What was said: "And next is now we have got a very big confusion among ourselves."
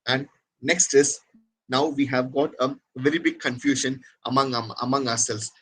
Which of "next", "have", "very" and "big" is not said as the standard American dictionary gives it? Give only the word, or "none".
none